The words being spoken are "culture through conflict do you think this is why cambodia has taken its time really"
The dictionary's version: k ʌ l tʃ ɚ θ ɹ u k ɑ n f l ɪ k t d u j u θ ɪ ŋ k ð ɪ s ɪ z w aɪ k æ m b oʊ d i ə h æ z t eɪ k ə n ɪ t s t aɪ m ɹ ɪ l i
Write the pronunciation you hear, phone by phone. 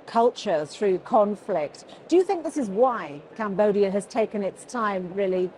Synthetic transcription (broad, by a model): k ʌ l tʃ ɚ θ ɹ u k ɑ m f l ɪ k t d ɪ j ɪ θ ɪ ŋ k ð ɪ s ɪ z w aɪ k æ m b oʊ d i ə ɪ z t eɪ k ə n ɪ t s t aɪ m ɹ ɪ l i